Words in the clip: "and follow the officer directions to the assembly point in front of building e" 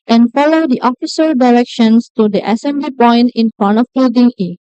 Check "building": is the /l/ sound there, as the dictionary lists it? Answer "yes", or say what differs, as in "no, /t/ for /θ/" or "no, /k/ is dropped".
no, /l/ is dropped